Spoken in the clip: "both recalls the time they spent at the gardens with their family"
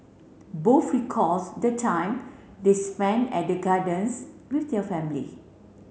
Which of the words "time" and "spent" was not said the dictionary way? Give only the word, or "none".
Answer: spent